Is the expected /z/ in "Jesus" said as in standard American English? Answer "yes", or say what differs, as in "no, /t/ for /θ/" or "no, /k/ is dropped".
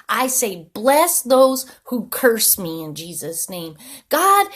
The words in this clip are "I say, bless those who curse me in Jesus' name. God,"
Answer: yes